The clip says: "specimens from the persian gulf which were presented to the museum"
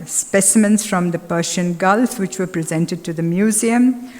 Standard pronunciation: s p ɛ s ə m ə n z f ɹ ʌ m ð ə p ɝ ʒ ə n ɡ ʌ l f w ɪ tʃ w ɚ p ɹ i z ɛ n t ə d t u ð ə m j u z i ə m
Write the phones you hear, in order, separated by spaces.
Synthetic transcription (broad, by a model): s p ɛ s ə m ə n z f ɹ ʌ m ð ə p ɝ ʃ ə n ɡ ʌ l f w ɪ tʃ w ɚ p ɹ i z ɛ n t ə d t u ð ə m j u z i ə m